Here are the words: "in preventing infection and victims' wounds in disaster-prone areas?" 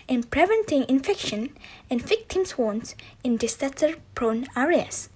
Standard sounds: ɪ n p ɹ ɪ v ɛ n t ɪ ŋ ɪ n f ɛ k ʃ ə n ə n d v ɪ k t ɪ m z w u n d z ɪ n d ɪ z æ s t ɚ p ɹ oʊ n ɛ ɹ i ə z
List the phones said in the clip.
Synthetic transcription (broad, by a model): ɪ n p ɹ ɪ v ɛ n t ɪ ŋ ɪ n f ɛ k ʃ ə n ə n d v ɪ k t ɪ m s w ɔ n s ɪ n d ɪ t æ t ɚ p ɹ oʊ n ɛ ɹ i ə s